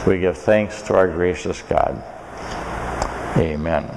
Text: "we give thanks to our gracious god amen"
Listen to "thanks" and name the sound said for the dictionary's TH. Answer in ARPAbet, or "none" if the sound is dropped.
TH